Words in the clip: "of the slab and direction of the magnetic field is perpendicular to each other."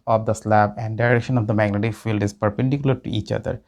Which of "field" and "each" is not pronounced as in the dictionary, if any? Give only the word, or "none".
none